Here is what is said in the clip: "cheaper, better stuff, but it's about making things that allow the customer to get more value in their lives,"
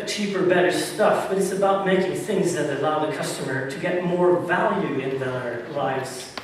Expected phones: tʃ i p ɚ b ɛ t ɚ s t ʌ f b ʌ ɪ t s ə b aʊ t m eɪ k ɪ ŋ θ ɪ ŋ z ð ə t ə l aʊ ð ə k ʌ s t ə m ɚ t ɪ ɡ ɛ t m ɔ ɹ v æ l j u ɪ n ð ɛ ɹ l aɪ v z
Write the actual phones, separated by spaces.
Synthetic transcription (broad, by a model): tʃ i p ɚ b ɛ t ɚ s t ʌ f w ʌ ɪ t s ə b aʊ t m eɪ k ɪ ŋ θ ɪ ŋ z ð ə t ə l aʊ ð ə k ʌ s t ə m ɚ t ɪ ɡ ɛ t m ɔ ɹ v æ l j u ɪ n ð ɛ ɹ l aɪ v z